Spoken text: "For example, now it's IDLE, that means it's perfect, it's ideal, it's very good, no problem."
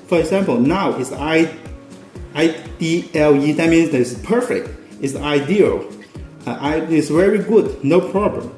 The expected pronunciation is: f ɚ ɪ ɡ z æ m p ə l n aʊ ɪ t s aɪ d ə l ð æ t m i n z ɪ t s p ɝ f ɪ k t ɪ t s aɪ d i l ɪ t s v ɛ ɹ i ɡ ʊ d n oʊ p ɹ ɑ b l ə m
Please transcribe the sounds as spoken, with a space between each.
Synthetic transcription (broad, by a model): f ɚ ɪ ɡ z æ m p ə l n aʊ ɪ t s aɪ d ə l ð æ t m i n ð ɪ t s p ɝ f ɪ k t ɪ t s aɪ d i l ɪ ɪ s v ɛ ɹ i ɡ ʊ d n oʊ p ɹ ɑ b l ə m